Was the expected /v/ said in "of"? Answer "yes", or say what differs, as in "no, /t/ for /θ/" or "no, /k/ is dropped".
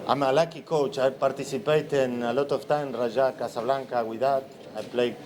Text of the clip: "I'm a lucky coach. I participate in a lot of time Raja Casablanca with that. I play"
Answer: no, /f/ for /v/